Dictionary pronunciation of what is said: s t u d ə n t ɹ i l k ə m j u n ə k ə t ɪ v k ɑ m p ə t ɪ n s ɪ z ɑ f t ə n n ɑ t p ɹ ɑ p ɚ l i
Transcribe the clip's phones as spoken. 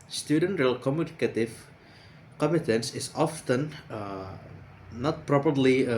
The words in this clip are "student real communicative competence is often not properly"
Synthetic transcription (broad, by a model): s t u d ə n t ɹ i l k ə m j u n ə k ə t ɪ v k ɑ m ə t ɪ n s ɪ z ɑ f t ə n n ɑ t p ɹ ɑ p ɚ l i